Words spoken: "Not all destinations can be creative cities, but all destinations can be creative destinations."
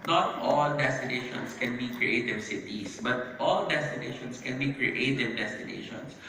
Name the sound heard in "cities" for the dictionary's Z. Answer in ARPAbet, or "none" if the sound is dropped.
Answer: S